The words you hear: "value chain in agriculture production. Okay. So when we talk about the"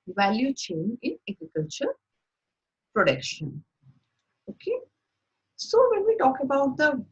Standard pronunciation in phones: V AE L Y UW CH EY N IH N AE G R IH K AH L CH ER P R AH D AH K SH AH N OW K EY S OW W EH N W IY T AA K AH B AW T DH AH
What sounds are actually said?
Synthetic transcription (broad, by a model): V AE L Y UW CH EY N IH N AE G R IH K AH L CH ER P R AH D AH K SH AH N OW K EY S OW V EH N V IY T AA K AH B AW T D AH